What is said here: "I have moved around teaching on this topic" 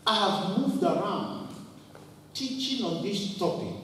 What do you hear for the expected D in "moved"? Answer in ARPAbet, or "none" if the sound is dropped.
D